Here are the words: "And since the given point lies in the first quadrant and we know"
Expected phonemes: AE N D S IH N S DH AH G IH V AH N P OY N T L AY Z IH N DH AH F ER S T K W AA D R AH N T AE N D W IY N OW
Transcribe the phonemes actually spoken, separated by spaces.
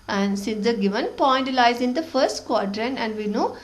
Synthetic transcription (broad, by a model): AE N D S IH N S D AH G IH V AH N P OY N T L AY Z IH N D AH F ER S T K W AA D R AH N AE N D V IY N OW